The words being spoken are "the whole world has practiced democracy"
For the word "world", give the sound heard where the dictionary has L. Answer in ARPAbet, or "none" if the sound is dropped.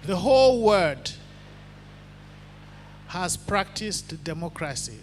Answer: none